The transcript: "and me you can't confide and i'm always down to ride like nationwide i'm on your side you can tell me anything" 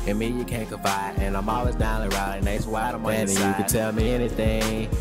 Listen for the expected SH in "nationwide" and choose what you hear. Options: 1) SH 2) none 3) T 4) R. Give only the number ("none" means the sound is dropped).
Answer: 2